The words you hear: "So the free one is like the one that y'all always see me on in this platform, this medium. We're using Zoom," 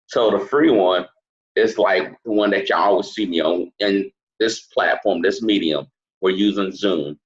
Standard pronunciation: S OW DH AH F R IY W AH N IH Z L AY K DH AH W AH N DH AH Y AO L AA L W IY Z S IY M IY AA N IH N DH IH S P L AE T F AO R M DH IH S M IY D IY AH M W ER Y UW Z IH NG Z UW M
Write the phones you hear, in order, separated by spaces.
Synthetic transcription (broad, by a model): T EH DH AH F R IY W AH N IH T L AY K DH AH W AH N DH AH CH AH AA L W IY Z S IY M IY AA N IH N DH IH S P L AE T F AO R M DH IH S M IY D IY AH M W ER Y UW Z IH NG Z UW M